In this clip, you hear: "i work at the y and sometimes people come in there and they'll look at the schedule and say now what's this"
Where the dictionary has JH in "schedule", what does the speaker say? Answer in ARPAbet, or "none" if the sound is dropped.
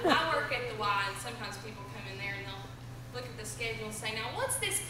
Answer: none